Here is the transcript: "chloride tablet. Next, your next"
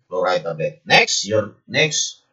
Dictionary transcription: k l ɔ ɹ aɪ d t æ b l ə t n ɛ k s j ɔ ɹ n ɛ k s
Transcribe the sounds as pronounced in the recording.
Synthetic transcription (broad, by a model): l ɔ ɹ aɪ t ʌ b ə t n ɛ k s j ɔ ɹ n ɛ k s